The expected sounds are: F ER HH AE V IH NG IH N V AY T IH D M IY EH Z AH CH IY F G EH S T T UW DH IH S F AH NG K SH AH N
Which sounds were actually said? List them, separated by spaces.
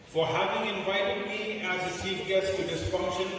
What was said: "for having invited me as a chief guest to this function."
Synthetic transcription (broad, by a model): F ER HH AE V IH NG IH N V AY T IH D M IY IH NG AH S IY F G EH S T T UW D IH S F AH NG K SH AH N